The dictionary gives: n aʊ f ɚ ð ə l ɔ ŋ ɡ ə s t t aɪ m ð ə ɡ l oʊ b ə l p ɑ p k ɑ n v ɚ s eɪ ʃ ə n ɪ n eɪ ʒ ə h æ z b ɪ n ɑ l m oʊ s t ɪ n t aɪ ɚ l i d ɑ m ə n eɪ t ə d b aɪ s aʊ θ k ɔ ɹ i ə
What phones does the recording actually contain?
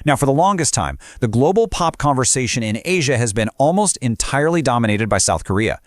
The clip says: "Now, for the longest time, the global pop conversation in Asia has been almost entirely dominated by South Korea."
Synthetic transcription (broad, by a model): n aʊ f ɚ ð ə l ɔ ŋ ɡ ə s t t aɪ m ð ə ɡ l oʊ b l p ɑ p k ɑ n v ɚ s eɪ ʃ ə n ɪ n eɪ ʒ ə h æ z b ɪ n ɑ l m oʊ s t ɪ n t aɪ ɚ l i d ɑ m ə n eɪ t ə d b aɪ s aʊ θ k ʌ ɹ i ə